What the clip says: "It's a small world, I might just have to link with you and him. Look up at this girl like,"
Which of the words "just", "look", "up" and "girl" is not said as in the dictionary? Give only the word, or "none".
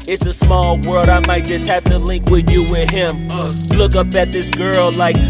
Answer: none